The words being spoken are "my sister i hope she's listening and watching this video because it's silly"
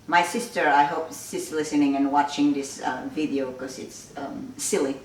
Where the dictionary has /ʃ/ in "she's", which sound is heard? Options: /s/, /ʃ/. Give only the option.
/s/